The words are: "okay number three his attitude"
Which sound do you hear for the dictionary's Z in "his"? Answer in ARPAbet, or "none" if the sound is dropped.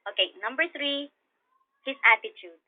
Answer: S